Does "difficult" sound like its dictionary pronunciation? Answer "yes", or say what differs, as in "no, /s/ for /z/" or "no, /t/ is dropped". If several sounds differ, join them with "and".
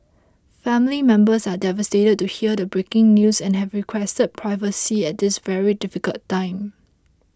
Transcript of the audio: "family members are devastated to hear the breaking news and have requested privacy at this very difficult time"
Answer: yes